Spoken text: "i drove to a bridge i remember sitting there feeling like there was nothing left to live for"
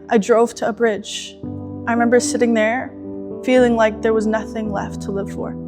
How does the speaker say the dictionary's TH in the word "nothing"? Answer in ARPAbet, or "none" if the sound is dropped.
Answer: TH